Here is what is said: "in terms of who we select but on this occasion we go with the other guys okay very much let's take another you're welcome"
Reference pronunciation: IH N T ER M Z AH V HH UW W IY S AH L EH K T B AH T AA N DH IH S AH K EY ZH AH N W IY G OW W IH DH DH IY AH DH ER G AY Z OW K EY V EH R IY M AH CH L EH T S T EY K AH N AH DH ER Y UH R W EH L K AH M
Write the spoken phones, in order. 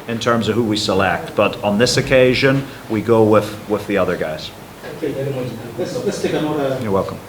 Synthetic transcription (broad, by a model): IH N T ER M Z AH V HH UW W IY S AH L EH K T B AH T N DH IH S AH K EY ZH AH N W IY G OW W IH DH DH IY AH DH ER G AY Z OW K EY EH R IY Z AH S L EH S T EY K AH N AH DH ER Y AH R W EH L K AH M